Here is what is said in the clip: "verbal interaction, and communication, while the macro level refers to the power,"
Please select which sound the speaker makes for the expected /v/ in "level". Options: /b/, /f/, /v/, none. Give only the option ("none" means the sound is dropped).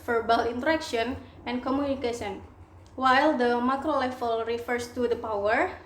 /f/